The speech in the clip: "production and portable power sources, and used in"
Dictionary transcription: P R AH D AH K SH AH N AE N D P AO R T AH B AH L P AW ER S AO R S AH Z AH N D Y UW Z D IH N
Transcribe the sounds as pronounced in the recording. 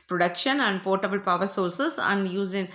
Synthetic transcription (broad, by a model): P R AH D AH K SH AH N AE N D P AO R T AH B AH L P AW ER S AO R S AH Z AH N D Y UW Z IH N